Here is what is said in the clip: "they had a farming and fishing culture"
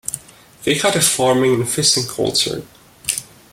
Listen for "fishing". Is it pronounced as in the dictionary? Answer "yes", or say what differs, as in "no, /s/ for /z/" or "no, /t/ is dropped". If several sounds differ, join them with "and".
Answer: no, /s/ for /ʃ/